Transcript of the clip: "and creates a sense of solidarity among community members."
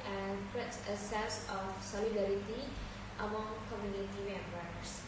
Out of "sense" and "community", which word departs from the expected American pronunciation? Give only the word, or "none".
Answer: sense